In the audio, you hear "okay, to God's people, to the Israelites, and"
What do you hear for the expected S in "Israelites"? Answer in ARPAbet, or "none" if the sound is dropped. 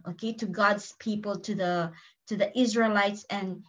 S